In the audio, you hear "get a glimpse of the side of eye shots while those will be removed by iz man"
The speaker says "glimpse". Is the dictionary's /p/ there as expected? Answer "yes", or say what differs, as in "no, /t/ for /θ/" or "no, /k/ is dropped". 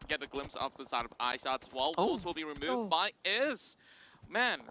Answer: yes